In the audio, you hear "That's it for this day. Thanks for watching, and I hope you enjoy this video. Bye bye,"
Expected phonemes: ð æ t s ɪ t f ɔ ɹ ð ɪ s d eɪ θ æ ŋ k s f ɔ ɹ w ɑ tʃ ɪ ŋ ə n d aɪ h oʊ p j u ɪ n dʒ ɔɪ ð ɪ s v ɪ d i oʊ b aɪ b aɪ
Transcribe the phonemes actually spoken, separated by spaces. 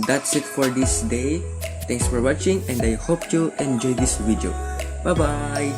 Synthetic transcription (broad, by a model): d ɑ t s ɪ t f ɔ ɹ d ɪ s d eɪ t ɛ ŋ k s f ɔ ɹ w ɑ tʃ ɪ ŋ ə n d aɪ h oʊ p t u ɪ n dʒ ɔɪ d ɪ s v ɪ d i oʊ b aɪ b aɪ